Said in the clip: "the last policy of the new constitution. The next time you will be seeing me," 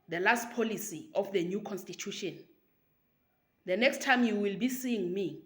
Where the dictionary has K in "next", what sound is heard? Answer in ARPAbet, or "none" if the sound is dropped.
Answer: K